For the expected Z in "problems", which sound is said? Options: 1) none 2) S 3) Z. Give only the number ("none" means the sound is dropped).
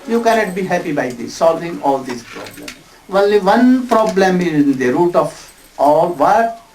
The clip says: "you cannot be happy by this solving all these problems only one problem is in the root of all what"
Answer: 1